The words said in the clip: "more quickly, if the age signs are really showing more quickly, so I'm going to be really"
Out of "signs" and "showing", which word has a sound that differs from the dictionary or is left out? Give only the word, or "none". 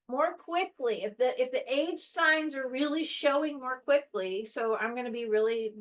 none